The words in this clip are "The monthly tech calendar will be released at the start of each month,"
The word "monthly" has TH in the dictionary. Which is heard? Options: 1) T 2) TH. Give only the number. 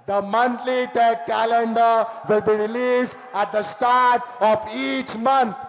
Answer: 1